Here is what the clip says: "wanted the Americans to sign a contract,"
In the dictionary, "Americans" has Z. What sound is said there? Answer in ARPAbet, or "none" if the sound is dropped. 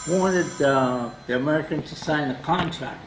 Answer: none